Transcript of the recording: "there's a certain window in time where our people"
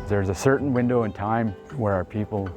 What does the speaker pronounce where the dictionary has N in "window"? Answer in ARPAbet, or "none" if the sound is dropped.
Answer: N